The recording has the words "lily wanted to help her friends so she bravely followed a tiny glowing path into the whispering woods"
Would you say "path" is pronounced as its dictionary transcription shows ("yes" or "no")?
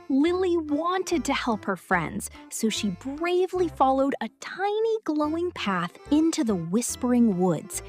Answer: yes